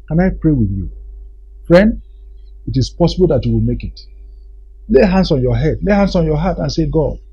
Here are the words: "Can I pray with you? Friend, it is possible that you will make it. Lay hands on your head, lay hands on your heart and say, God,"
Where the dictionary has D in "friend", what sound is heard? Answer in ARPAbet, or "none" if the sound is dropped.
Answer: D